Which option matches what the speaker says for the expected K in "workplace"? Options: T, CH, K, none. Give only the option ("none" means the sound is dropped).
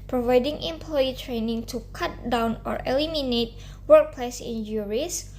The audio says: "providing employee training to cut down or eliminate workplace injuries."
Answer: K